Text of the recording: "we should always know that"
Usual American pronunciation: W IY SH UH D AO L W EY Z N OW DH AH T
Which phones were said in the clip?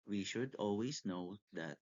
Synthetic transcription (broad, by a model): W IY SH UH D AO L W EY S N OW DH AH T